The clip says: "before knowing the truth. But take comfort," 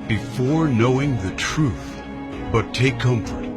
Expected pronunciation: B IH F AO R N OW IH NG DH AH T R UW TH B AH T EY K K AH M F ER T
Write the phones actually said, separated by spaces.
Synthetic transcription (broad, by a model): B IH F AO R N OW IH NG DH AH T R UW TH B AH T EY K K AH M F ER T